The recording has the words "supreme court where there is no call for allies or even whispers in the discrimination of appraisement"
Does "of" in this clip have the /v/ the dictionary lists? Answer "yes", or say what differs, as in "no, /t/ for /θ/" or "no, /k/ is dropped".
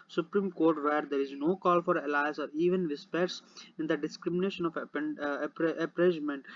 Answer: no, /p/ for /v/